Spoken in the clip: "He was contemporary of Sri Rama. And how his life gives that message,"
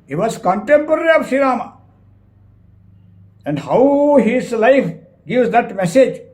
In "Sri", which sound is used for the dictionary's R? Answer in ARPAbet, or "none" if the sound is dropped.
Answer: none